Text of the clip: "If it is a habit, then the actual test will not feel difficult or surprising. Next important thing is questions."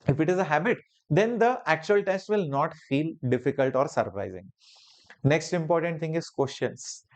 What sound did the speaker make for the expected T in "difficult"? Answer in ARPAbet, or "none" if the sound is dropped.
T